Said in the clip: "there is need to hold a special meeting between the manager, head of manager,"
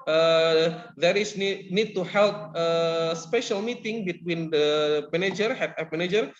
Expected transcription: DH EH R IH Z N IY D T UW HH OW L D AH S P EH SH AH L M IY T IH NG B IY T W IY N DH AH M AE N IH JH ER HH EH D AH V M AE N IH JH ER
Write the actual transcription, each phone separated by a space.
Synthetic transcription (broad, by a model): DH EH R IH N N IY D T UW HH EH L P AH S P EH SH AH L M IY T IH NG B IY T W IY N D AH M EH N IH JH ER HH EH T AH P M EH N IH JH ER